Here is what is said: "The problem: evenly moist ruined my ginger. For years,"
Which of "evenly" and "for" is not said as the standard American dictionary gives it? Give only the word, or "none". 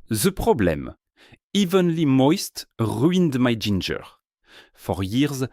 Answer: none